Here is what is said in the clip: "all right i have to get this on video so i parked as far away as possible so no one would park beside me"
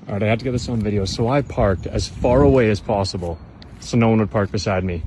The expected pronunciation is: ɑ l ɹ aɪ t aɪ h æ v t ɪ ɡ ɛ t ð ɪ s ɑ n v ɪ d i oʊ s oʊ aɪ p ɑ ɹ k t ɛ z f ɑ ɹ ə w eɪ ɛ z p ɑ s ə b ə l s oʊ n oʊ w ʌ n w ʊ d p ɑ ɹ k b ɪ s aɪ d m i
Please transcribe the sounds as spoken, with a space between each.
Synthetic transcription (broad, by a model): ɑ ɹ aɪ ɪ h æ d t ɪ ɡ ɛ t ð ɪ s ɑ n v ɪ d i oʊ s oʊ aɪ p ɑ ɹ k t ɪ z f ɑ ɹ ə w eɪ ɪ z p ɑ s ə b ə l s oʊ n oʊ w ʌ n w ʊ d p ɑ ɹ k b ɪ s aɪ d m i